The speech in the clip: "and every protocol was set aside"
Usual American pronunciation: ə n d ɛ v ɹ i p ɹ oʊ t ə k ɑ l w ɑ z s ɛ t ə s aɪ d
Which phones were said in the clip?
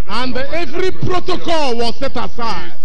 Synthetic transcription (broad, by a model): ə n d ɛ v ɹ i p ɹ oʊ t ə k ɑ l w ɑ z s ɛ t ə s aɪ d